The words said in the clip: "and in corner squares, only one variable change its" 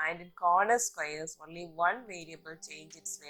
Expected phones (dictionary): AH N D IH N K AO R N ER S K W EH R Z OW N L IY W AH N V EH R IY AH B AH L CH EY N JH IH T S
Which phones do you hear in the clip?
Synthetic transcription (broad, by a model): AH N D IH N K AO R N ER S K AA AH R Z OW N L IY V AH N V EH R IY AH B AH L CH EY N JH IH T S